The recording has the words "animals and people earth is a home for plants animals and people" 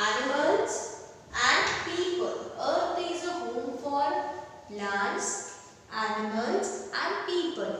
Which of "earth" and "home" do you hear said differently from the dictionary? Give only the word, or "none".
earth